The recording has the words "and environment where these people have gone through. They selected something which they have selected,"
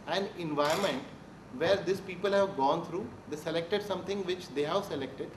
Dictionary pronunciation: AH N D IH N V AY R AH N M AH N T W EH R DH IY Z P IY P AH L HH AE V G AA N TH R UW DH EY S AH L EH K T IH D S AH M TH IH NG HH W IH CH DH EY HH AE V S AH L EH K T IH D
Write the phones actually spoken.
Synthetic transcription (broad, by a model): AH N D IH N V AY AH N M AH N T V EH R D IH S P IY P AH L HH AE V G AA N T R UW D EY S AH L EH K T IH D S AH M T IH NG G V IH CH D EY HH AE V S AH L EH K T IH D